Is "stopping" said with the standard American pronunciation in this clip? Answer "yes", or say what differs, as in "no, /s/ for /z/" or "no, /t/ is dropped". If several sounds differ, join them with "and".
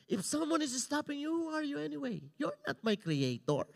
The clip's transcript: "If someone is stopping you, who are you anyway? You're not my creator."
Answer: yes